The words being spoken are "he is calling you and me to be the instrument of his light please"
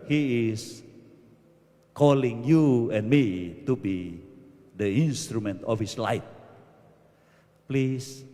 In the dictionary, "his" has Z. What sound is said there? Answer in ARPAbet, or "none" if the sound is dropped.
S